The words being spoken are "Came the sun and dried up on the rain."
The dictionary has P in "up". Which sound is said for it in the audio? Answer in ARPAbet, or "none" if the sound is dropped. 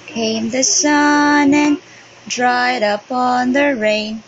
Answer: P